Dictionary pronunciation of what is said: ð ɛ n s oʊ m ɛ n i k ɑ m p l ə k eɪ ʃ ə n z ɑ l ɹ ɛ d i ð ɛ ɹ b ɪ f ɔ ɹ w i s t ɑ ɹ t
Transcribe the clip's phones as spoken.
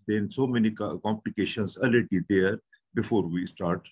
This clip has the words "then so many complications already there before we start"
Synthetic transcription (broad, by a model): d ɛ n s oʊ m ɛ n i k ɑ m p l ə k eɪ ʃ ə n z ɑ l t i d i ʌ ɹ b ɪ f ɔ ɹ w i s t ɑ ɹ t